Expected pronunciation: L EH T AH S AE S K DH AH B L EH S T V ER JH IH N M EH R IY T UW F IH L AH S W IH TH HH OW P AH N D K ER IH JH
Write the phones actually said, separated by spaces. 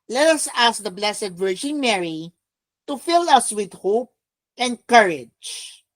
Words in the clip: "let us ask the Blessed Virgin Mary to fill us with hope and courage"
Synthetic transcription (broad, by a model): L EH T AH S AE S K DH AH B L EH S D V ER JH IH N M EH R IY T UW F IH L AH S W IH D HH OW P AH N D K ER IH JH